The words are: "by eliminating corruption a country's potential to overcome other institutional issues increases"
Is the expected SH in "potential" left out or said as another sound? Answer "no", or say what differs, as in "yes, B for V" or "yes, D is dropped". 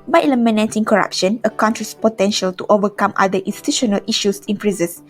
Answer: no